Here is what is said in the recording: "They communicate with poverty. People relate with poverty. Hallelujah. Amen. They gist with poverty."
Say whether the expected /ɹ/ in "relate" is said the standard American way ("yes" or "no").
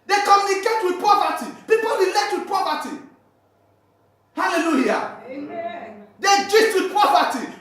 no